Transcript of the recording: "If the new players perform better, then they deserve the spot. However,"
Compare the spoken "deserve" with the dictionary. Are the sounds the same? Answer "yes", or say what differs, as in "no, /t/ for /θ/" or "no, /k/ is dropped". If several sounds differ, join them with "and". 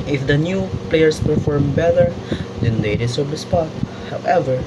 no, /s/ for /z/